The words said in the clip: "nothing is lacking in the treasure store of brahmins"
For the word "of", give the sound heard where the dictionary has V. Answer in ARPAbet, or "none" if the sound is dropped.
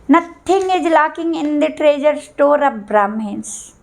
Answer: P